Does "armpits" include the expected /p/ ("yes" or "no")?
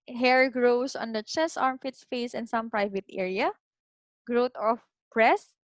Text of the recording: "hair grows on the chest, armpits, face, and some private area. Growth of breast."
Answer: no